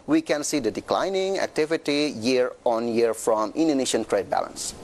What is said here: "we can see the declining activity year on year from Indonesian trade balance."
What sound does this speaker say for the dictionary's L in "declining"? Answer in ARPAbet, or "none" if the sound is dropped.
L